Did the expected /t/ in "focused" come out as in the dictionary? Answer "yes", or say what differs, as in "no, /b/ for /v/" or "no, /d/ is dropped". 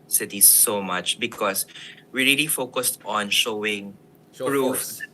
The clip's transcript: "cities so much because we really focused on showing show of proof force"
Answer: yes